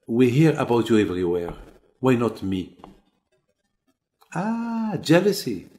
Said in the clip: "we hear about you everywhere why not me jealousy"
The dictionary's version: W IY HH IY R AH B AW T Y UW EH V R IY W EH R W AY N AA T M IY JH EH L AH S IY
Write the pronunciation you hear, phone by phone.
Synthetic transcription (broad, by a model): W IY HH IY R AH B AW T Y UW EH V R IY W EH R W AY N AA T M IY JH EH L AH S IY